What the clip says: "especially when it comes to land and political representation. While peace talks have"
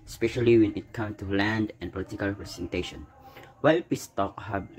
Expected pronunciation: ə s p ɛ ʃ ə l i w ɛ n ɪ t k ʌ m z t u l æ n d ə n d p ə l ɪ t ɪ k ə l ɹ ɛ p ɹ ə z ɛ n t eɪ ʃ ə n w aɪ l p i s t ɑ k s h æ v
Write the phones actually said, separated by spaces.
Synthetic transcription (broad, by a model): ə s p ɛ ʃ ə l i w ɛ n ɪ t k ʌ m t u l æ n d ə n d p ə l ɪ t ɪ k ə l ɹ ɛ p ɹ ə s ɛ n t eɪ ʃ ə n w aɪ l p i s t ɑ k h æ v